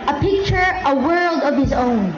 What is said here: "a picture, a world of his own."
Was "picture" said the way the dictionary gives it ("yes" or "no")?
yes